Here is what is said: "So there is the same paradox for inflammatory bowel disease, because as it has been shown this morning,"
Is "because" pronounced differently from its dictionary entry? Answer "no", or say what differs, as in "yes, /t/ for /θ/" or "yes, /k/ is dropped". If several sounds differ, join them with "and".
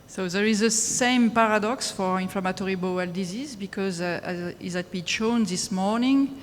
no